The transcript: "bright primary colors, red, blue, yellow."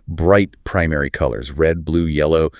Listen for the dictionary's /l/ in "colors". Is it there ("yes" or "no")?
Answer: yes